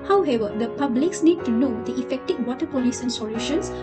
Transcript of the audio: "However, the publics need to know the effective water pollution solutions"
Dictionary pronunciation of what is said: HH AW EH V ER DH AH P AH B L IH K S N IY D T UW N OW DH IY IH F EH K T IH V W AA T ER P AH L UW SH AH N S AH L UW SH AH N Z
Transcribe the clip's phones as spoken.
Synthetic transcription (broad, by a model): HH AW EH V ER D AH P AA B L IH K S N IY D T UW N OW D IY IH F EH K T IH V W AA T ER P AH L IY S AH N S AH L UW SH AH N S